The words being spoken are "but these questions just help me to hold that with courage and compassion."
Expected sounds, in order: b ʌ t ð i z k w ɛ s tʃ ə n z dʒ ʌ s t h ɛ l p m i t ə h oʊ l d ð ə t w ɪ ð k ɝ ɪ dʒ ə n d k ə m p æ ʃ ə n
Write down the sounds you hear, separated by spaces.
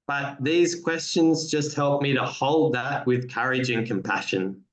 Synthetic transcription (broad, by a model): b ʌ t ð i z k w ɛ s tʃ ə n z dʒ ʌ s t h ɛ l p m i t ə h oʊ l d ð ə t w ɪ ð k ɝ ɪ dʒ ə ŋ k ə m p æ ʃ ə n